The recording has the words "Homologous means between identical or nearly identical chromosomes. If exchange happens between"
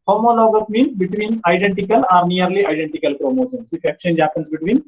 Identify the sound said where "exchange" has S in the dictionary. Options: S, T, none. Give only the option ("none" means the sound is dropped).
none